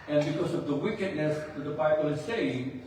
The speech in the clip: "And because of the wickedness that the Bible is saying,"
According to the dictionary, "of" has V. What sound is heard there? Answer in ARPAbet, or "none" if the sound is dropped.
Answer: V